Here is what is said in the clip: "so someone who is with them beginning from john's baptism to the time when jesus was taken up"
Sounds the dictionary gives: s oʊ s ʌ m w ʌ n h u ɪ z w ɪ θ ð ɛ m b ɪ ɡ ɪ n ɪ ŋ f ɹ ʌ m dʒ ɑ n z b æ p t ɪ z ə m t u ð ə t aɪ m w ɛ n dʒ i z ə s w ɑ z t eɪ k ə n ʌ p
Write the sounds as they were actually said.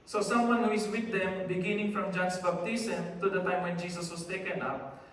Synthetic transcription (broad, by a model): s oʊ s ʌ m w ʌ n h u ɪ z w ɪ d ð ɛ m b ɪ ɡ ɪ n ɪ ŋ f ɹ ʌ m dʒ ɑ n s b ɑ b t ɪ s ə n t u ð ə t aɪ m w ɛ n dʒ i s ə s w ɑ s t eɪ k ə n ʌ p